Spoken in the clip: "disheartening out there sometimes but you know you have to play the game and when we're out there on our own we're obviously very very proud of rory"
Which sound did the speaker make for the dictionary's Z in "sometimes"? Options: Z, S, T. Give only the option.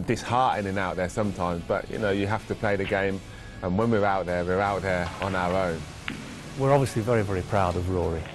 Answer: Z